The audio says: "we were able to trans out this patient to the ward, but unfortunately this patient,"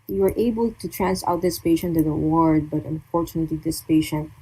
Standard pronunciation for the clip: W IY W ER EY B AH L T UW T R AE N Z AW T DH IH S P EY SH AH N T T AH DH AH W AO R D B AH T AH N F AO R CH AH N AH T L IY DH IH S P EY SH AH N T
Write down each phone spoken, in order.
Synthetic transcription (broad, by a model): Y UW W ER EY B AH L T UW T R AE N S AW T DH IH S P EY SH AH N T T AH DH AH W AO R D B AH T AH N F AO R CH AH N AH T L IY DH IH S P EY SH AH N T